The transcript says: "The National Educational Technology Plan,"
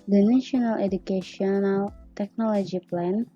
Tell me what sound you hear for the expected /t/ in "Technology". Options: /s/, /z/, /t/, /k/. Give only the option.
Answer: /t/